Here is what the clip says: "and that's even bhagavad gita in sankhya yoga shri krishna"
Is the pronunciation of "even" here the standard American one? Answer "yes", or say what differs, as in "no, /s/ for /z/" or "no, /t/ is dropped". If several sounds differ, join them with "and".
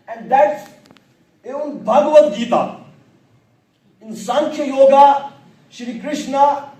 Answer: no, /v/ is dropped